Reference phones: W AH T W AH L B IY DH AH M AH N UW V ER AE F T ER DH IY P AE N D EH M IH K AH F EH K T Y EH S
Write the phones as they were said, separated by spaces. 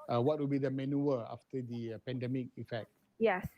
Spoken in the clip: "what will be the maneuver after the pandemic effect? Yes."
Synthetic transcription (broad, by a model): W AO T W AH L B IY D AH M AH N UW ER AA F T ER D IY P AE N D EH M IH K AH F EH K T Y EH S